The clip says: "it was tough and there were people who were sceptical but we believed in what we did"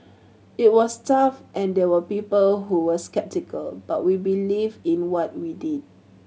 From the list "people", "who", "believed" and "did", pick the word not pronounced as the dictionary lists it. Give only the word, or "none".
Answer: believed